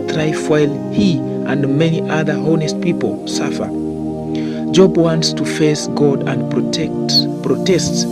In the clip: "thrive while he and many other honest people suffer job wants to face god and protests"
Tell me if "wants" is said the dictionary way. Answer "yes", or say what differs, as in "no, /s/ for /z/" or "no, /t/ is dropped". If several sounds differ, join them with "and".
yes